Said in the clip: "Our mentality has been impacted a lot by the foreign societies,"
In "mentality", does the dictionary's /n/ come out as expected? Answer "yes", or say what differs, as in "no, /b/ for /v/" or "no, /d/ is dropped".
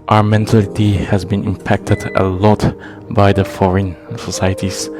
yes